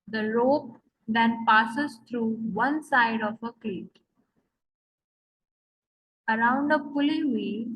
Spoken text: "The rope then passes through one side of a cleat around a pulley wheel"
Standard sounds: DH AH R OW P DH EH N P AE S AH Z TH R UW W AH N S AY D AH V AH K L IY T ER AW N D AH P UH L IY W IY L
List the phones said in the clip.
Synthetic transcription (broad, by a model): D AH R OW P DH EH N P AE S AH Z T R UW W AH N S AY D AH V AH K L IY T ER AW N D AH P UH L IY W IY